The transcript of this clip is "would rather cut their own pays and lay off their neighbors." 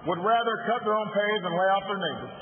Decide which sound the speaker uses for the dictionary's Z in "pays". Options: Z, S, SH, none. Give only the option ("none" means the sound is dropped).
Z